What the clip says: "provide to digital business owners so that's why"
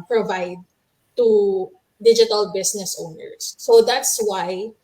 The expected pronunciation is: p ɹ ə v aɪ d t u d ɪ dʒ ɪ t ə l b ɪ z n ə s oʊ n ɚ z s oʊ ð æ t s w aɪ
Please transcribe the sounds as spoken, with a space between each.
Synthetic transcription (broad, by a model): p ɹ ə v aɪ d t u d ɪ dʒ ɪ t ə l b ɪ s n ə s oʊ n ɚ s oʊ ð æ t s w aɪ